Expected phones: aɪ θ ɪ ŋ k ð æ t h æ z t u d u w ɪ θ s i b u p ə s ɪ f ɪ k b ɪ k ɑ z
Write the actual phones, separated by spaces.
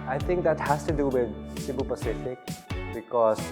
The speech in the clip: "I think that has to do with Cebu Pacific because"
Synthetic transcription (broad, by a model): aɪ t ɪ ŋ k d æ t h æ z t u d u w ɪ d s i b u p ə s ɪ f ɪ k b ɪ k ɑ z